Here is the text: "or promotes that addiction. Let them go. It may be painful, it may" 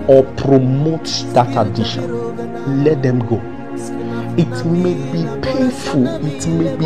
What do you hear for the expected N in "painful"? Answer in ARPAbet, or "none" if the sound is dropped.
none